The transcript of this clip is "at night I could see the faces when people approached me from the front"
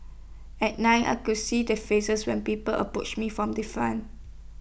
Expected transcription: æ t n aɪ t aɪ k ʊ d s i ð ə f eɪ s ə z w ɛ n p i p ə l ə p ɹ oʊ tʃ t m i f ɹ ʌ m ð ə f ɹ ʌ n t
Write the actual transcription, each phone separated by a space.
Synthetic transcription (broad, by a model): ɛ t n aɪ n aɪ k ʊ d s i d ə f eɪ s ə s w ɛ n p i p ə l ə p ɹ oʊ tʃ m i f ɹ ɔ m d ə f ɑ n